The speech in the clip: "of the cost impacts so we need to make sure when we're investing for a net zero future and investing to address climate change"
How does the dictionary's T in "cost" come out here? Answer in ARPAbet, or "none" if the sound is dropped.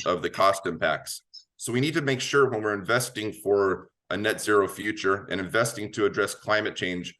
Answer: T